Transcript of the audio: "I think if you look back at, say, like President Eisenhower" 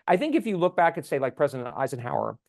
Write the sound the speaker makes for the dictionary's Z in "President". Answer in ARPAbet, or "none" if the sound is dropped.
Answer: Z